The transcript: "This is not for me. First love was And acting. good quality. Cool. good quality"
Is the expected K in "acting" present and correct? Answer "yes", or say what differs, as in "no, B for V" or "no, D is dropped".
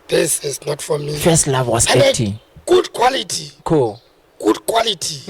no, K is dropped